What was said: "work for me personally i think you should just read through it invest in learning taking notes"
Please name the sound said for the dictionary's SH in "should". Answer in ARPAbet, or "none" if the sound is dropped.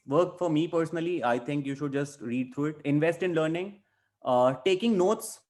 SH